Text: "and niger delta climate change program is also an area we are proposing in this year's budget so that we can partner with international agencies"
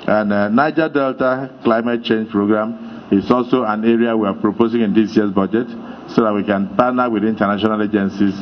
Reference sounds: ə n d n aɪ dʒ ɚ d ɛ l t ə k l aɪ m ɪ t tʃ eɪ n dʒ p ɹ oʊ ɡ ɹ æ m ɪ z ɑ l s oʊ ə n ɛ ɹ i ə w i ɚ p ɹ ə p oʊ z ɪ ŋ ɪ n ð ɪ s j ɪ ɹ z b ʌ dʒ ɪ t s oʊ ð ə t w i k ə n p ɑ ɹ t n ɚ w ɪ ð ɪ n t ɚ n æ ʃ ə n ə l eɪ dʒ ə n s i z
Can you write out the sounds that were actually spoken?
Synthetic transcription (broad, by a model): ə n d n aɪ dʒ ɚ d ɛ l t ə k l aɪ m ɪ t tʃ eɪ n dʒ p ɹ oʊ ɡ ɹ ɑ m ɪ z ɑ l s oʊ ə n ɛ ɹ i ə w i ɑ p ɹ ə p oʊ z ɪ ŋ ɪ n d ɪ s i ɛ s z b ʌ dʒ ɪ t s oʊ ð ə t w i k ə n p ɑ n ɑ w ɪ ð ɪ n t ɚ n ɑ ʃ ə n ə l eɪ dʒ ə n s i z